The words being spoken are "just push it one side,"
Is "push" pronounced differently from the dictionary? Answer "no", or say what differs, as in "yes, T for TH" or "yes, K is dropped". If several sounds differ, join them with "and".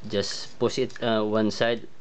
yes, S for SH